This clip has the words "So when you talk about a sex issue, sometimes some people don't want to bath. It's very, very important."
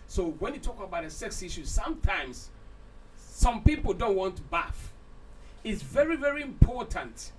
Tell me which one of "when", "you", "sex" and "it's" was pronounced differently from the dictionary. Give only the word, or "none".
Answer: none